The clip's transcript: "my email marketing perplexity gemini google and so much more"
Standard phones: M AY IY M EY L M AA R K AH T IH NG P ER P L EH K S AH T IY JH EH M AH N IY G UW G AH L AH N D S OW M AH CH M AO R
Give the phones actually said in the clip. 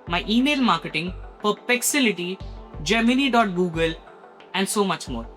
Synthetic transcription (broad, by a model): M AY IY M EY L M AA R K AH T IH NG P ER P EH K S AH T IY JH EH M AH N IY G UW G AH L AH N D S OW M AH CH M AO R